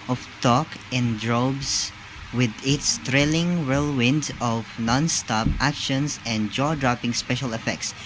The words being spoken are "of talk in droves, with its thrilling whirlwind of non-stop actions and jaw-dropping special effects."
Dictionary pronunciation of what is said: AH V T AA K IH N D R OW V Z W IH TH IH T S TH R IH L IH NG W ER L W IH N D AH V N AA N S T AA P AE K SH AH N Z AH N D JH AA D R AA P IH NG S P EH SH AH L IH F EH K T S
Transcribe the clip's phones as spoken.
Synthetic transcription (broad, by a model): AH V T AA K IH N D R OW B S W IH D IH T S T R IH L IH NG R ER L W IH N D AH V N AA N S T AA P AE K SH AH N S AH N D JH AA D R AA P IH NG S P EH SH AH L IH F EH K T S